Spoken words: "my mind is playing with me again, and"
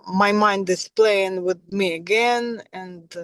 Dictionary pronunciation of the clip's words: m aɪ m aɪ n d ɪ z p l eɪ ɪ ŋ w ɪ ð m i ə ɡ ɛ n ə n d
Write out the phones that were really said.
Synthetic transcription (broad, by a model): m aɪ m aɪ n d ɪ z p l eɪ ɪ ŋ w ɪ ð m i ə ɡ ɛ n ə n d